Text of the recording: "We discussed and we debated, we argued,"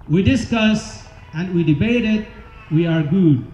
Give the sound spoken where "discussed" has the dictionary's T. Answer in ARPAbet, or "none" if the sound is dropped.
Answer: none